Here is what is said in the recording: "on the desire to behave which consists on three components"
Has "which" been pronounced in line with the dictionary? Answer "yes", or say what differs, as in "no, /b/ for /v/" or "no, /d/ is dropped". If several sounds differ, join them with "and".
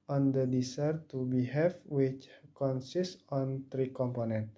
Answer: yes